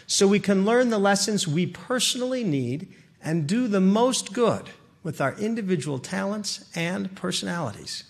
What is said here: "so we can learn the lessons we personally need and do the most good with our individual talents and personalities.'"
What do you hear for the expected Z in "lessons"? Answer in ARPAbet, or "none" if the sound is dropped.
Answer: Z